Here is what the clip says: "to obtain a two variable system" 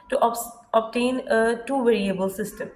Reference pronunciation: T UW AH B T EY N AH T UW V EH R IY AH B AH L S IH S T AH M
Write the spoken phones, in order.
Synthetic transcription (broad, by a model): T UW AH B T EY N AH T UW V EH R IY AH B AH L S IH S T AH M